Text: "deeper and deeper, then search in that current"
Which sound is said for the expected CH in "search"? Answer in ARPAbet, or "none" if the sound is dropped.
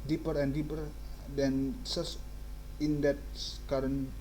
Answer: S